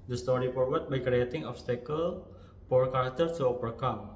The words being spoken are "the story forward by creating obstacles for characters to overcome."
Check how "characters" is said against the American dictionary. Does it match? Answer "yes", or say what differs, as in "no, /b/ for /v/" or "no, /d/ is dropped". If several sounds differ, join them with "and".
no, /z/ is dropped